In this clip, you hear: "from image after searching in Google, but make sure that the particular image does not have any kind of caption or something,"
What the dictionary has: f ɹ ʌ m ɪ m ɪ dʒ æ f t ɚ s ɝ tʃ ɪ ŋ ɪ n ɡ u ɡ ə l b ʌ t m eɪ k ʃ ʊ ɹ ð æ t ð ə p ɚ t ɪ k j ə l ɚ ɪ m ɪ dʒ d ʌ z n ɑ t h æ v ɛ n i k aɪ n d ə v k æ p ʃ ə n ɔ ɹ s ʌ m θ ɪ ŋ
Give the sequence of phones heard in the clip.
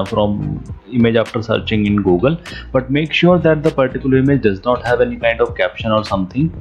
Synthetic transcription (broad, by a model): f ɹ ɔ m ɪ m ɪ dʒ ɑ f t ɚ s ɝ tʃ ɪ ŋ ɪ n ɡ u ɡ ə l b ʌ t m eɪ k ʃ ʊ ɹ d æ t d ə p ɚ t ɪ k j ə l ɚ ɪ m ɪ dʒ d ʌ z n ɑ t h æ v ɛ n i k aɪ n d ə v k æ p ʃ ə n ɔ ɹ s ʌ m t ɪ ŋ